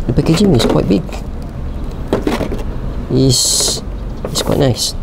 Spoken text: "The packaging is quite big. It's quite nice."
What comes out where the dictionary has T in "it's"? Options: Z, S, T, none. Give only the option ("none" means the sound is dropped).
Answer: S